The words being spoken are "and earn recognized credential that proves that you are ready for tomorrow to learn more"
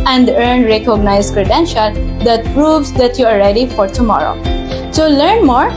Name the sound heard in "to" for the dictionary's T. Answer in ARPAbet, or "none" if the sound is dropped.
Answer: S